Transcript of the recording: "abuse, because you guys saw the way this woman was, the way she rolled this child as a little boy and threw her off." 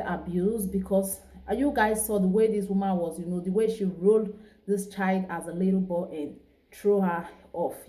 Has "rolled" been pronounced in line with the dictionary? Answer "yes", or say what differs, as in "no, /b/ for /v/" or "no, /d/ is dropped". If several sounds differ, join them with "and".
yes